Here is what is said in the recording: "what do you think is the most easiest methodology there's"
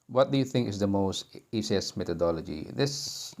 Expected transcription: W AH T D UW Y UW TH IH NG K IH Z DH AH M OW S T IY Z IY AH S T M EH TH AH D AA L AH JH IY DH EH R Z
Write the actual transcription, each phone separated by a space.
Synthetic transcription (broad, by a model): W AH T D UW Y UW TH IH NG K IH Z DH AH M OW S T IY S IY S M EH T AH D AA L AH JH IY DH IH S